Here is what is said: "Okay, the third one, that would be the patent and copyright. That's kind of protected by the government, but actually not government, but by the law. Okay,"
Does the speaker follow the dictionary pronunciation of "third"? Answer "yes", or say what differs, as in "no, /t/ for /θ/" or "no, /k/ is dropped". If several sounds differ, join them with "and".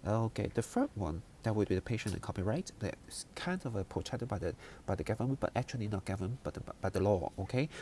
no, /f/ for /θ/